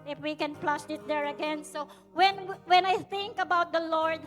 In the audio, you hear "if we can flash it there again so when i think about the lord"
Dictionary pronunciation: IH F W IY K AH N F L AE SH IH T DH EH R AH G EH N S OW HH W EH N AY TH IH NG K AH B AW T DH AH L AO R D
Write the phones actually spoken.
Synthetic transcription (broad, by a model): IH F W IY K AH N P L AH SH IH T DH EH R AH G EH N S OW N W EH N AY TH IH NG K AH B AW T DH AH L AO R D